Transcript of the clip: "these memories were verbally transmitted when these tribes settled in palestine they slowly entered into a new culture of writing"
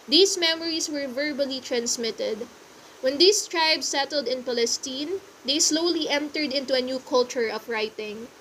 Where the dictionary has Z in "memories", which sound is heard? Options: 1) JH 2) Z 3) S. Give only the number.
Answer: 3